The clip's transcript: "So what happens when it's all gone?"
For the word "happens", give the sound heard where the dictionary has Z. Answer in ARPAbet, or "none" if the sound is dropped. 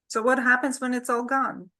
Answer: Z